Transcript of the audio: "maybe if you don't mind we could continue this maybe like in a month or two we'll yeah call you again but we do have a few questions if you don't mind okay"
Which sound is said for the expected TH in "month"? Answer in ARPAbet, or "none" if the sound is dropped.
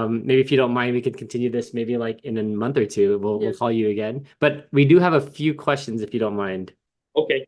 TH